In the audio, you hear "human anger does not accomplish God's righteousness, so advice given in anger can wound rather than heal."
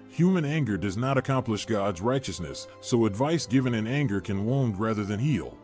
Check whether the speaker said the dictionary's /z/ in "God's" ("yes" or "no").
yes